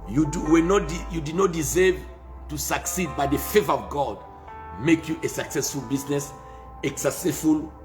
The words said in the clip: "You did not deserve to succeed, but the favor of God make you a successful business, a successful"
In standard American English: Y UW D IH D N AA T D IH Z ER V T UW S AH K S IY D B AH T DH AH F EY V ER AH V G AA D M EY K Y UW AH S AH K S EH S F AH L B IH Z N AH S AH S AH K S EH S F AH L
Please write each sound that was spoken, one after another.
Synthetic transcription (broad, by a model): Y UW D IH D N AA T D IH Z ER V T UW S AH K S IY D B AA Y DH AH F EY V ER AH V G AA D M EY K Y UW AH S AH K S EH S F AH L B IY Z N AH S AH S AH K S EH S F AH L